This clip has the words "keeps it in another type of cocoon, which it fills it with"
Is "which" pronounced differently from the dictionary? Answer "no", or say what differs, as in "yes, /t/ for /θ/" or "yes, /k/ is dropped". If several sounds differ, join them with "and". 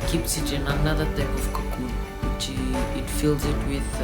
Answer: yes, /tʃ/ is dropped